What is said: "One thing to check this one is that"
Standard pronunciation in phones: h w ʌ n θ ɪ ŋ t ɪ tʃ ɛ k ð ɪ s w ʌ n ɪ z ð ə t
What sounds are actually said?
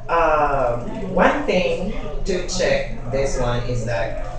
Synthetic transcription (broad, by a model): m w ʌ n θ ɪ ŋ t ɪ tʃ ɛ k ð ɪ s w ʌ n ɪ z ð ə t